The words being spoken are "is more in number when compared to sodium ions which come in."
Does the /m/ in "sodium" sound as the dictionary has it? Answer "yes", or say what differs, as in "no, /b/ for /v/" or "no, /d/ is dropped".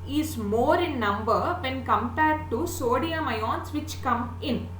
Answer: yes